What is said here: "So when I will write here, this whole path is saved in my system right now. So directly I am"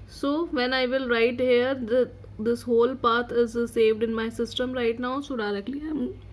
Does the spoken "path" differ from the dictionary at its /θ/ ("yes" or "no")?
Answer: yes